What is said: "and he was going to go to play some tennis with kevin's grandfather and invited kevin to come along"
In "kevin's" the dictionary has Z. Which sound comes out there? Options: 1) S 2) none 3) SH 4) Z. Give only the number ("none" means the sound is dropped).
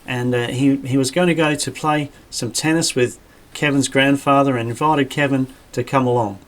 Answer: 4